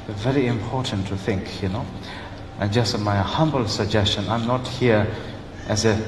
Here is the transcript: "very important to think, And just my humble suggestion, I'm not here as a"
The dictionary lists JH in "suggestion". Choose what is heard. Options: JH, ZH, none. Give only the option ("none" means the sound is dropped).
JH